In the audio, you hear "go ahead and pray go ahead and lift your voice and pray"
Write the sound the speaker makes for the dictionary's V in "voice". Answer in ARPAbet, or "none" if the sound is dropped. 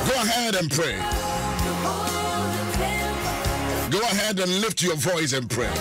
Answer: V